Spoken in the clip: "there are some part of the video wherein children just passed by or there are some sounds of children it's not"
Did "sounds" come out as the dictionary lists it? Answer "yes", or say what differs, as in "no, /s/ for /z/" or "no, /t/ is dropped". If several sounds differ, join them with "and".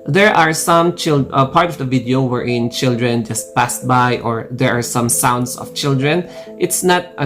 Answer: no, /s/ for /z/